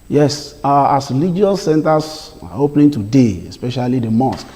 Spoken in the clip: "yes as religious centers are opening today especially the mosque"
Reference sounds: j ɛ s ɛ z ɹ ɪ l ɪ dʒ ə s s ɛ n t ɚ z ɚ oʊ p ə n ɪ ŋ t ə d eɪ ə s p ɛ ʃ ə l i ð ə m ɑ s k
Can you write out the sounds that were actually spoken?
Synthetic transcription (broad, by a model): j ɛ s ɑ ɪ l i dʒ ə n s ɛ n t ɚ s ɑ oʊ p n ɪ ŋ t ə d eɪ ə s p ɛ ʃ ə l i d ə m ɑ s k